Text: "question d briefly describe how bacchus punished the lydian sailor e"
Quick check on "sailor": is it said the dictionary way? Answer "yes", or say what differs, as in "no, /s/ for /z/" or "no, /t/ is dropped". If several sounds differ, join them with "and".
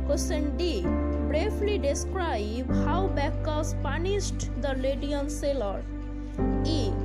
yes